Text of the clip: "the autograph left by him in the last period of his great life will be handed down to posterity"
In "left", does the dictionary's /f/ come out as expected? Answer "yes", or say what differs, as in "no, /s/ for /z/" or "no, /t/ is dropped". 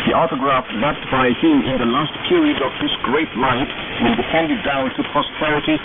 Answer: no, /p/ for /f/